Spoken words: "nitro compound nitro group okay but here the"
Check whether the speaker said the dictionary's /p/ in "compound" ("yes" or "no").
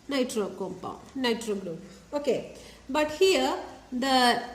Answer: yes